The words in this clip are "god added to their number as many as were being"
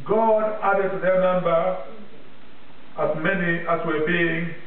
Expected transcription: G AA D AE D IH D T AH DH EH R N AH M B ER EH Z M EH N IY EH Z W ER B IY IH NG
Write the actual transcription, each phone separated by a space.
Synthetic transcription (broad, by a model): G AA D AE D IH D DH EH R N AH M B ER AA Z M EH N IY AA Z W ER B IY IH NG